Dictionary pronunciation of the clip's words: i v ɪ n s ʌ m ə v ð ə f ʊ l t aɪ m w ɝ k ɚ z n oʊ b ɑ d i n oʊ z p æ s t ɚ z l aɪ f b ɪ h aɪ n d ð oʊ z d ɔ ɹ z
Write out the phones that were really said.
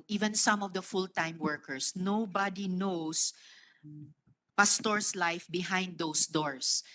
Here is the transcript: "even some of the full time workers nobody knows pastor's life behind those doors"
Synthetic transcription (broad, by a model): i v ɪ n s ʌ m ə v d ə f ʊ l t aɪ m w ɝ k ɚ s n oʊ b ɑ d i n oʊ s p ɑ s t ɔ s l aɪ f b ɪ h aɪ n d oʊ s d ɔ ɹ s